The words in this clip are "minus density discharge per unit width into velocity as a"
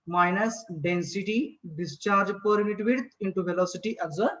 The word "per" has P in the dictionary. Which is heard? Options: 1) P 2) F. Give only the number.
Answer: 1